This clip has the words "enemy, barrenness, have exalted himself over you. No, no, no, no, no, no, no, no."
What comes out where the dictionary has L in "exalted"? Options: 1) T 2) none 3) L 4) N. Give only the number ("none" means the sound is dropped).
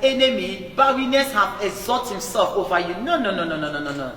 2